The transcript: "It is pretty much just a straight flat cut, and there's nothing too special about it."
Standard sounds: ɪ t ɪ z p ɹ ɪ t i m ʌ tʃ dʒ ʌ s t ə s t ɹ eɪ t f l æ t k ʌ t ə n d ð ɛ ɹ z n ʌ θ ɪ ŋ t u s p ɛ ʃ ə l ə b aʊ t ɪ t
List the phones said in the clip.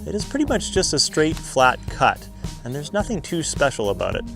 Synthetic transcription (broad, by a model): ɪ t ɪ z p ɹ ɪ t i m ʌ tʃ dʒ ʌ s t ə s t ɹ eɪ t f l æ t k ʌ t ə n ð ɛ ɹ z n ʌ θ ɪ ŋ t u s p ɛ ʃ l ə b aʊ t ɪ t